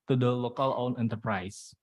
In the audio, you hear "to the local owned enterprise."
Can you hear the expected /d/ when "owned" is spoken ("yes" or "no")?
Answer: no